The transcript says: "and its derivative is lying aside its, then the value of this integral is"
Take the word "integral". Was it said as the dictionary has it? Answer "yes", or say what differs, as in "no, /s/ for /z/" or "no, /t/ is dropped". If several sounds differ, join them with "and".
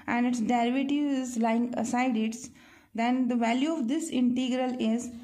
yes